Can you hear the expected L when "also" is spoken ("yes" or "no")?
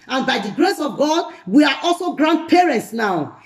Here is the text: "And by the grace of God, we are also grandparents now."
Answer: yes